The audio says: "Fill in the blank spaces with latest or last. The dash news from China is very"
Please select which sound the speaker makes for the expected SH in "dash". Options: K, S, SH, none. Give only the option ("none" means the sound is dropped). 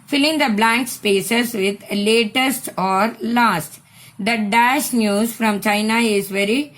SH